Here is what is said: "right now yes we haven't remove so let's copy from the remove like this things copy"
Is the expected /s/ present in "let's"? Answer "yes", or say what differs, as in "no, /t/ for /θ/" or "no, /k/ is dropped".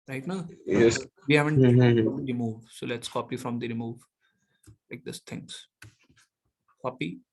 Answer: yes